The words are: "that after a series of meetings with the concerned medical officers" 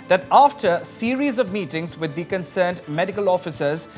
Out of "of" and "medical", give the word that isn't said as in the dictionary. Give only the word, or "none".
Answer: none